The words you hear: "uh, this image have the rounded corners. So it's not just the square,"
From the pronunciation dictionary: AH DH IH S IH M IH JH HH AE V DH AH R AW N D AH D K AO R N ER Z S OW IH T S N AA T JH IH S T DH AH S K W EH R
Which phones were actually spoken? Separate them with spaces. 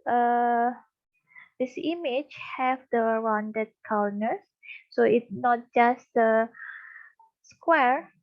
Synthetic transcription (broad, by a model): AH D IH S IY M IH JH HH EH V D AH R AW N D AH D K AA W N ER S S OW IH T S N AA T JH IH S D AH S K W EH R